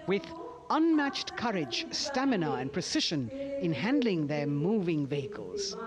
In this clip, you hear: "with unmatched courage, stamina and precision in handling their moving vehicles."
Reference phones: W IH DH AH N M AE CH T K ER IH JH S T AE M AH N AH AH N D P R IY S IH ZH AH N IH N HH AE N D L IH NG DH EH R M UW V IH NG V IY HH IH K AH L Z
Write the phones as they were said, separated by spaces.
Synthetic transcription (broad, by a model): W IH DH AH N M AE CH T K ER IH JH S T AE M AH N AH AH N P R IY S IH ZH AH N IH N HH AE N D L IH NG DH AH R M UW V IH NG V IY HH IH K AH L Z